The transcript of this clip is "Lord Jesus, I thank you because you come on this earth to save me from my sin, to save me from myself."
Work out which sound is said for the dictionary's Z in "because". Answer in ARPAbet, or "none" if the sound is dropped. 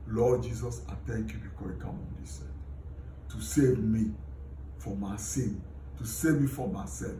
none